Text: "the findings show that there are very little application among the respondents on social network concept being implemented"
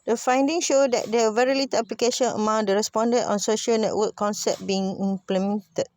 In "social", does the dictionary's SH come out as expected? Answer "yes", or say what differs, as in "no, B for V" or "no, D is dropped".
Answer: yes